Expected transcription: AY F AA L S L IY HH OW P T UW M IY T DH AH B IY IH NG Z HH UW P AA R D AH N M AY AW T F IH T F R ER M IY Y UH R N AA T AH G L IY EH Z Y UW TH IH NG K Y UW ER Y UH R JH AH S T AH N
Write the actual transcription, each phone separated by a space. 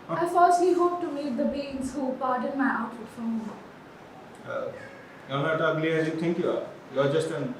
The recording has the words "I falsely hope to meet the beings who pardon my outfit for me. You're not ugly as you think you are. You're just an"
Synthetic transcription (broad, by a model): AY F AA S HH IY HH OW P T UW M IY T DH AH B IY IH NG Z HH UW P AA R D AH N M AY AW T IH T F R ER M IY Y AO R N AA T AH G L IY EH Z Y UW T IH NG K Y UW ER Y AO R JH AH S T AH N